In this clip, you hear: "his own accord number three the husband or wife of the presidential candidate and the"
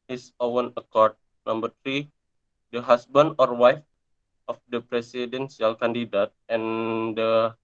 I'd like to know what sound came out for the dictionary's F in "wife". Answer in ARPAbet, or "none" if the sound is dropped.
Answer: F